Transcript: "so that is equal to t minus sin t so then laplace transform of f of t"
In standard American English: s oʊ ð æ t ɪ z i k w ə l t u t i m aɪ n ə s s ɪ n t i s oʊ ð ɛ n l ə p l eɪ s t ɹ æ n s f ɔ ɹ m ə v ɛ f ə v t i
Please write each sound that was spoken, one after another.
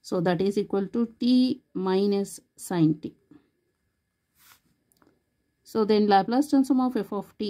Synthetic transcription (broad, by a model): s oʊ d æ t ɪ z i k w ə l t u t i m aɪ n ə s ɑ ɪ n t i s oʊ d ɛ n l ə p l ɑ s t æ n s ɔ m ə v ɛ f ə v t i